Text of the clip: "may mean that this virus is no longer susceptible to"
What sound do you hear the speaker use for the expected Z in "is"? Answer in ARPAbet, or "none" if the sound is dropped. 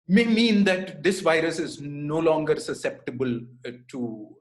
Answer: Z